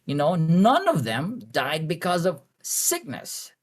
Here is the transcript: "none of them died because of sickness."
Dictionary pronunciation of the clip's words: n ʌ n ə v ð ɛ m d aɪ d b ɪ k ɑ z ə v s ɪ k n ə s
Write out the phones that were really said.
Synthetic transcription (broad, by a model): n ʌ n ə v ð ɛ m d aɪ d b ɪ k ɑ z ə v s ɪ k n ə s